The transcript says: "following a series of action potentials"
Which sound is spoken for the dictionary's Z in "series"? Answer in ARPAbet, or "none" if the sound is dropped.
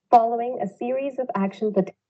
Z